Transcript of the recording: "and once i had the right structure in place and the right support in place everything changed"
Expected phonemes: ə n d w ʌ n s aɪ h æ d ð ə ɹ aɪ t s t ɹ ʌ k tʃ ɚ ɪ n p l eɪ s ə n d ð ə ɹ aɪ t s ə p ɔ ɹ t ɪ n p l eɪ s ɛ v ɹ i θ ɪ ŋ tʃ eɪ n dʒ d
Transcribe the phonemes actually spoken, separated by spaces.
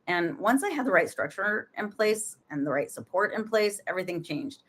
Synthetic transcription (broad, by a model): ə n w ʌ n s aɪ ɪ d ð ə ɹ aɪ t s t ɹ ʌ k tʃ ɚ ɪ n p l eɪ s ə n ð ə ɹ aɪ t s ə p ɔ ɹ t ɪ n p l eɪ s ɛ v ɹ i θ ɪ ŋ tʃ eɪ n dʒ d